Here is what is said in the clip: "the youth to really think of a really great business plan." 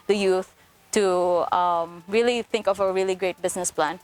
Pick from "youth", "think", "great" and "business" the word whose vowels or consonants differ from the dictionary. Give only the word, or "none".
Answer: business